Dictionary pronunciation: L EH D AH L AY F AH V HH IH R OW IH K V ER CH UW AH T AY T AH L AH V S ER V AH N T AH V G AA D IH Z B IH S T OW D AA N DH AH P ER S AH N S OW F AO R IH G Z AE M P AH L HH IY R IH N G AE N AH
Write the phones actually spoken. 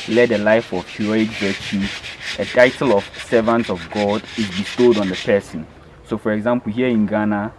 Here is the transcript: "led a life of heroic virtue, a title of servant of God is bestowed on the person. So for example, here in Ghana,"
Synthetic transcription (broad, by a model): L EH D AH L AY F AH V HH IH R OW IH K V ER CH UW AH T AY T AH L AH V S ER V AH N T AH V G AA D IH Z B IH S T OW D AA N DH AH P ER S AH N S OW F AO R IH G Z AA M P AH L HH IY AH IH N G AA N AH